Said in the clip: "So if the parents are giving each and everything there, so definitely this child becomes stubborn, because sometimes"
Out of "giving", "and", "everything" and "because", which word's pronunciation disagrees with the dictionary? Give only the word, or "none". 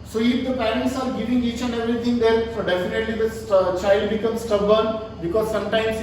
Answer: everything